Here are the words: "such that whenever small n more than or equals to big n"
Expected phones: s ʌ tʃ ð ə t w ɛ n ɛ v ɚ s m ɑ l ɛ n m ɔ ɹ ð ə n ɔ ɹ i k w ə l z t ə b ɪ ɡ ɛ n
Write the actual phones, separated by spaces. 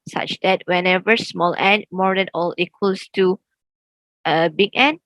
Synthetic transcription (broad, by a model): s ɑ tʃ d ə t w ɛ n ɛ v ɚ s m ɑ l ɛ n m ɔ ɹ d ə n ɔ l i k w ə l s t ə b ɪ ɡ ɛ n